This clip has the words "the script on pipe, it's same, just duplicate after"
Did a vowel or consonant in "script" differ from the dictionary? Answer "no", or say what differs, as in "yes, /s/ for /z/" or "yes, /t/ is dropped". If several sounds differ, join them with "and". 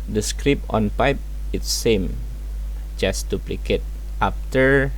yes, /t/ is dropped